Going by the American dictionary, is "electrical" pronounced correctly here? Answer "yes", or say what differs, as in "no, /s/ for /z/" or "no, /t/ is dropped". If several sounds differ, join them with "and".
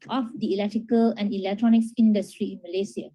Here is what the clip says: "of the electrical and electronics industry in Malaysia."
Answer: yes